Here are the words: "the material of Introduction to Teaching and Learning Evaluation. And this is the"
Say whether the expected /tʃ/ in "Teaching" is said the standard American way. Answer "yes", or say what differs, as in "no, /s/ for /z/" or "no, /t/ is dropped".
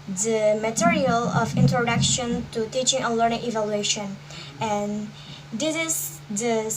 yes